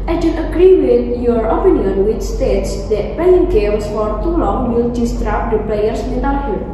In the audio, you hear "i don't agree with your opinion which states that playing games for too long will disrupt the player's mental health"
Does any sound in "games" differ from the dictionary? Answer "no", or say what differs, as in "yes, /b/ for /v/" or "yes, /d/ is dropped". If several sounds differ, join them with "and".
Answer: yes, /s/ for /z/